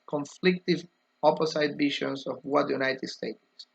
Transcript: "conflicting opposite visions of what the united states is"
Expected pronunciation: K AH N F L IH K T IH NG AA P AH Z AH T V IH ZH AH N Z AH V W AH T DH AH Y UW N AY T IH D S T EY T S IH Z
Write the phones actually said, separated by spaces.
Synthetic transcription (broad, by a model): K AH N F L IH K T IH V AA P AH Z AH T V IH SH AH N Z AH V W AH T Y UW N AY T IH D S T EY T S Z